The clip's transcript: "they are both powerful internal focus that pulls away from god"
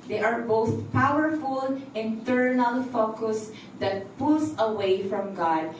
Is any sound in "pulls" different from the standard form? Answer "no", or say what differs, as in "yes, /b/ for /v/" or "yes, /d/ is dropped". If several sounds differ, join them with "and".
yes, /s/ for /z/